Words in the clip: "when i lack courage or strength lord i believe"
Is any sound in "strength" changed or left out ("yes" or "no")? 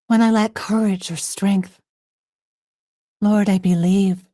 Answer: no